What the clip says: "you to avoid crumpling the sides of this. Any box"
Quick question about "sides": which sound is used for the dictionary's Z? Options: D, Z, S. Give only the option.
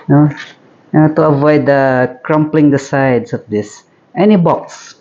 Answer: S